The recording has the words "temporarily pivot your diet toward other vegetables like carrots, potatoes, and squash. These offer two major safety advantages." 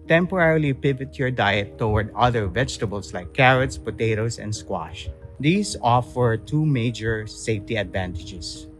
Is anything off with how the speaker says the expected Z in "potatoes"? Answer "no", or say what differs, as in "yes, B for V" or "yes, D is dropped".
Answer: yes, S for Z